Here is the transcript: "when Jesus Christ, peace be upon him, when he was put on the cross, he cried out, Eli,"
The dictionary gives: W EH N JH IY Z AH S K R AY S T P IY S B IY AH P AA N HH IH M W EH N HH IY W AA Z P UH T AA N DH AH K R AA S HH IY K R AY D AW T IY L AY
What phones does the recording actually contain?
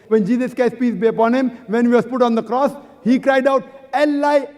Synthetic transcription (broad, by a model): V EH N JH IY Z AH S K AY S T P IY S B IY AH P AA N HH IH M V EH N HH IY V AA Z P UH T AA N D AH K R AA S HH IY K R AY D AW T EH L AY